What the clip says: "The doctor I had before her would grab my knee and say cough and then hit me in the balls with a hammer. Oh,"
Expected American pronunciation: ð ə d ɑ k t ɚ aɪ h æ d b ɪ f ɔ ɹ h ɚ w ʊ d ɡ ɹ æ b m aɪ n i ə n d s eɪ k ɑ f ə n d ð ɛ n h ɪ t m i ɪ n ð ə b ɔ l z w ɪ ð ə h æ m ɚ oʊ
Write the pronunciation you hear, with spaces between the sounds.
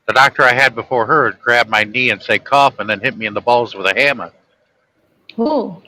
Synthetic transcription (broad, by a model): ð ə d ɑ k t ɚ aɪ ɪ d b ɪ f ɔ ɹ h ɚ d ɡ ɹ æ b m aɪ n i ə n s eɪ k ɑ f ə n ð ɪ n h ɪ t m i ɪ n ð ə b ɔ l z w ɪ ð ə h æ m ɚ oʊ